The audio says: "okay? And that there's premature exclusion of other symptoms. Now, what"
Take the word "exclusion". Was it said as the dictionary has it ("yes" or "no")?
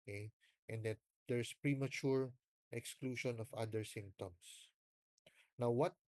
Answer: no